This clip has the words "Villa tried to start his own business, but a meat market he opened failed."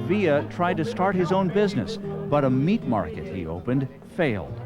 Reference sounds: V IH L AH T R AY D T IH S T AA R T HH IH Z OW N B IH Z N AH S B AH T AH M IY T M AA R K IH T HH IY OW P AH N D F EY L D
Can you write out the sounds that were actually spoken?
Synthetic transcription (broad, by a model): V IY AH T R AY D T IH S T AA R T HH IH Z OW N B IH Z N AH S B AH T AH M IY T M AA R K IH T HH IY OW P AH N D F EY L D